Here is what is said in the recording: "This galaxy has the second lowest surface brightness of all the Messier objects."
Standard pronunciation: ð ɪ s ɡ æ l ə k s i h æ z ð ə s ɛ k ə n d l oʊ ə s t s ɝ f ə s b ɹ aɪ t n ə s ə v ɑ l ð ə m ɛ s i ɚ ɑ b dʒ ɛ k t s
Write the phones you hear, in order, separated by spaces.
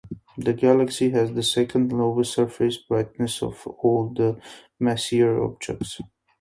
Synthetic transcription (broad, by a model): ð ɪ ɡ æ l ə k s i h æ z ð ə s ɛ k ə n d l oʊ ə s s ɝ f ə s b ɹ aɪ t n ə s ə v ɑ l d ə m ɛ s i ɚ ɑ b dʒ ɛ k t s